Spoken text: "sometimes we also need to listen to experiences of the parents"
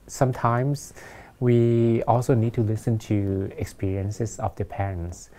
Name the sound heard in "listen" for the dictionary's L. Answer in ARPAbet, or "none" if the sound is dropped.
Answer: L